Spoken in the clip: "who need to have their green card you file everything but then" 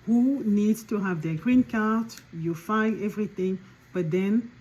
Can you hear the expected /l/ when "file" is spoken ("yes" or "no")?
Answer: no